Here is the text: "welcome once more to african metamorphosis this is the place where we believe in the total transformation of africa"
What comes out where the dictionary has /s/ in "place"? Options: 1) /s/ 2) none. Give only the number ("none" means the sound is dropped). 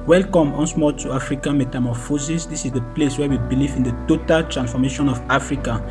1